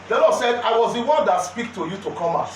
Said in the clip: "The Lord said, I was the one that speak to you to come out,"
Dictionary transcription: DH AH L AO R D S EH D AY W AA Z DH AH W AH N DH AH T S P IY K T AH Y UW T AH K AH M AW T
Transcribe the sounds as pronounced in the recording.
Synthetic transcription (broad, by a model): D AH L AO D S EH D AY W AA Z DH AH W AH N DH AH T S P IY K T AH Y UW T AH K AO M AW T